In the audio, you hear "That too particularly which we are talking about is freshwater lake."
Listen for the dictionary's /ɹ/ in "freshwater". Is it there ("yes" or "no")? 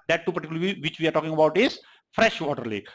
yes